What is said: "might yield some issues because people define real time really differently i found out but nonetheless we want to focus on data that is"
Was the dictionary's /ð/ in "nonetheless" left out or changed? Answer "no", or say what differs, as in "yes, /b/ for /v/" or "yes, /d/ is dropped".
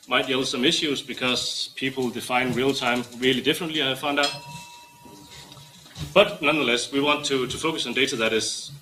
no